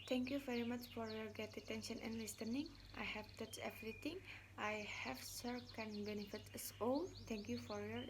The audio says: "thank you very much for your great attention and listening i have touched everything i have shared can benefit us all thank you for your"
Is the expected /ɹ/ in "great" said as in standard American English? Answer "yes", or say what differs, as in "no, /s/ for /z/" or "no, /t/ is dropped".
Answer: no, /ɹ/ is dropped